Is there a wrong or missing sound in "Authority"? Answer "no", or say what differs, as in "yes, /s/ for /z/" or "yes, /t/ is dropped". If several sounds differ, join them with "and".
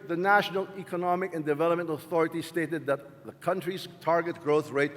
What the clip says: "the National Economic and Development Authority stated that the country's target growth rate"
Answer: no